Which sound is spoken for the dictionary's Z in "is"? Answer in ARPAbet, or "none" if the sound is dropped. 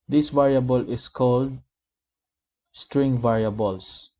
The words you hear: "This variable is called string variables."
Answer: S